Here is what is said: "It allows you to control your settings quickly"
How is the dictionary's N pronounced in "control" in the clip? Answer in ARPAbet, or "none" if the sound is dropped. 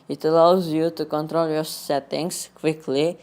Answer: N